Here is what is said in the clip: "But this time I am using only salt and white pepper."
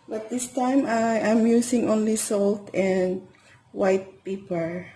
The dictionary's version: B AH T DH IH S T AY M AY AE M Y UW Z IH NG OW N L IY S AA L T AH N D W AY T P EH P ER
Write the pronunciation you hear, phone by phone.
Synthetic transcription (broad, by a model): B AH T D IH S T AY M AY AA M Y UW S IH NG OW N L IY S AA L T AH N D W AY T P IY P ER